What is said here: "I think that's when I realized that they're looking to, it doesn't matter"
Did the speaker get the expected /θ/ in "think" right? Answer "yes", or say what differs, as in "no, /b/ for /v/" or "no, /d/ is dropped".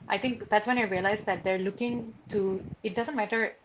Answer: no, /t/ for /θ/